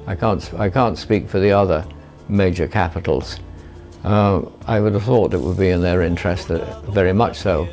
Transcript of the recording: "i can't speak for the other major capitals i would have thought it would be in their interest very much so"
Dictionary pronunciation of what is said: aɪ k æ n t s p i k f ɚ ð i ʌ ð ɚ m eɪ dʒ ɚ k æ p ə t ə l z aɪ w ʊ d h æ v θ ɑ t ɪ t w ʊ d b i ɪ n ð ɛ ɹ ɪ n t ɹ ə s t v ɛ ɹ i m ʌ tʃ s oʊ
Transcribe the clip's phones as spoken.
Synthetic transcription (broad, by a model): aɪ k æ n t s p i k f ɚ ð i ʌ ð ɚ m eɪ dʒ ɚ k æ p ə t l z aɪ w ʊ d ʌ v θ ɑ t ɪ t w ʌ d b i ɪ n ð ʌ ɹ ɪ n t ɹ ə s t v ɛ ɹ i m ʌ tʃ s oʊ